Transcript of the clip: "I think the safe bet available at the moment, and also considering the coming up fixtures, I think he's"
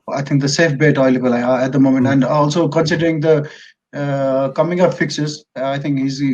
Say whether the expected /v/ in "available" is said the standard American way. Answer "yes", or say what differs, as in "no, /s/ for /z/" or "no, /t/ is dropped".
no, /v/ is dropped